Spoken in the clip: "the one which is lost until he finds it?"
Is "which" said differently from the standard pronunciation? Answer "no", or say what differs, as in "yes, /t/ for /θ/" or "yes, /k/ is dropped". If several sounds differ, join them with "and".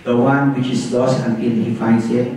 no